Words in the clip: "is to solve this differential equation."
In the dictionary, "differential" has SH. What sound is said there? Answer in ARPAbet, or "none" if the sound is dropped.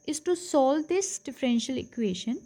SH